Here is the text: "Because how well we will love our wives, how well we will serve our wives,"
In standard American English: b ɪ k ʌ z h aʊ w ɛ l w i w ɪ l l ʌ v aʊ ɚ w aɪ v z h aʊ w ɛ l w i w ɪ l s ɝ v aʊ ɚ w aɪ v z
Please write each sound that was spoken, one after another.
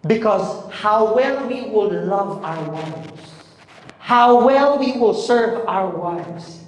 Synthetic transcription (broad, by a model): b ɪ k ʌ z h aʊ w ɛ l w i w ɪ l l ʌ v aʊ ɚ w aɪ v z h aʊ w ɛ l w i w ɪ l s ɝ v aʊ ɚ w aɪ v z